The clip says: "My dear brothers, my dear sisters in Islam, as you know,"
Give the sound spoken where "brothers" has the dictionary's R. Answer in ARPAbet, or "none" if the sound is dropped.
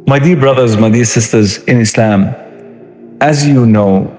R